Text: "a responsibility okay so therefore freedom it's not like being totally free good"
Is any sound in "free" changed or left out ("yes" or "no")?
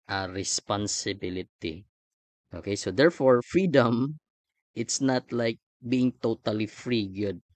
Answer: no